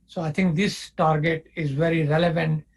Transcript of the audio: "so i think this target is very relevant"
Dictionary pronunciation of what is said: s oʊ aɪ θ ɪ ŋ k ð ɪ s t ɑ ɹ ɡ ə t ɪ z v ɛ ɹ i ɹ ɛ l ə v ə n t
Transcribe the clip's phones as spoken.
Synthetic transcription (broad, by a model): s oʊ aɪ t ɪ ŋ k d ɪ s t ɑ ɹ ɡ ə t ɪ z v ɛ ɹ i ɹ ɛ l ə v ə n t